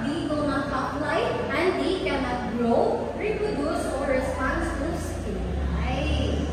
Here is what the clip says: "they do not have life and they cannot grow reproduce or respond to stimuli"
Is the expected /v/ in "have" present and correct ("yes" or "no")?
no